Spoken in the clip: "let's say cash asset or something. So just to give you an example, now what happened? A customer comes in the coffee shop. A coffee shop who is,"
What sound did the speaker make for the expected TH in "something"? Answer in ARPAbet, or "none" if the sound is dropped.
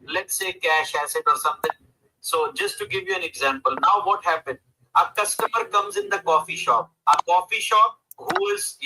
T